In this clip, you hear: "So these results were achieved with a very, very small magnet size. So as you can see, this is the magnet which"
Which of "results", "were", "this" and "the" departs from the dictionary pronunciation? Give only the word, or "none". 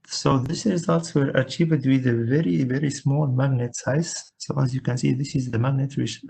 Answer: none